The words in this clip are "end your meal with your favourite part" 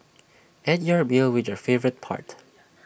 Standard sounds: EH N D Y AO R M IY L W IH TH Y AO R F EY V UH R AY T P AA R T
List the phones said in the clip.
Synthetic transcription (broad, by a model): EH D Y AO R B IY L W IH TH Y AO R F EY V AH R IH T P AA R T